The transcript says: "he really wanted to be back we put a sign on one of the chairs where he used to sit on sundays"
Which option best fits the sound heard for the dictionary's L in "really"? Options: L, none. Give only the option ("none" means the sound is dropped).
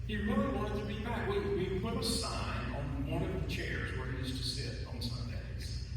none